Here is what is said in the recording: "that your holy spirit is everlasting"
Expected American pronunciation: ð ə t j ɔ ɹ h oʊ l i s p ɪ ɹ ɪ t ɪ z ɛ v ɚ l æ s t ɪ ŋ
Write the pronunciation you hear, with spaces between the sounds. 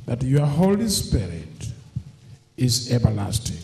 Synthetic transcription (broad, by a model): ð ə t j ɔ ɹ h oʊ l i s p ɪ ɹ ɪ t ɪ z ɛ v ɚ l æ s t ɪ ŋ